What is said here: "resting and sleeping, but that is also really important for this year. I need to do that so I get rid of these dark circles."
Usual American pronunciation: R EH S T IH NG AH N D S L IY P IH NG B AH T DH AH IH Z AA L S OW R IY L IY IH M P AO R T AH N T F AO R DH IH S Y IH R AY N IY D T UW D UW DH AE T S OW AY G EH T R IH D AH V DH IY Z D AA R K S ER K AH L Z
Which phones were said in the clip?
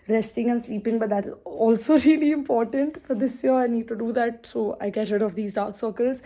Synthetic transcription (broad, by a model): R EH S T IH NG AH N S L IY P IH NG B AH T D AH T AA L S OW R IY L IY IH M P AO R T AH N T F AO R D IH S Y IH R AY N IY D T UW D UW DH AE T S OW AY G EH T R IH D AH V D IY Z D AA R K S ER K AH L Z